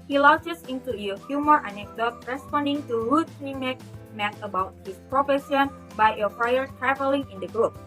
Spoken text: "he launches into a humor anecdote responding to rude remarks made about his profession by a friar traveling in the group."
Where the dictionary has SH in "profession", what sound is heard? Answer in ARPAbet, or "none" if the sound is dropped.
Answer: S